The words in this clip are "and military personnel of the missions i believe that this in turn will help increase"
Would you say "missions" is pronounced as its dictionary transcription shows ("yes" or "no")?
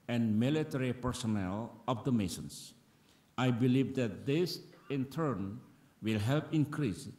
no